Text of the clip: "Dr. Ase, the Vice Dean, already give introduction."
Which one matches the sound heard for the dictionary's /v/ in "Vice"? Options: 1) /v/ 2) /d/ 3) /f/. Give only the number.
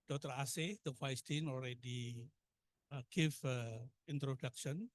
3